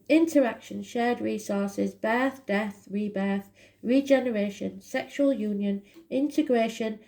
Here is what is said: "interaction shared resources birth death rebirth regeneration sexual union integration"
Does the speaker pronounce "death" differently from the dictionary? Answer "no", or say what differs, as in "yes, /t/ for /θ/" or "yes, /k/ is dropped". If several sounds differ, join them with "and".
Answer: no